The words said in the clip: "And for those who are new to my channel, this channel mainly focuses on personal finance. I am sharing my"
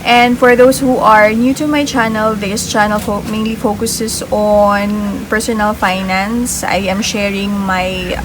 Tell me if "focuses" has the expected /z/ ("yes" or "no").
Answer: no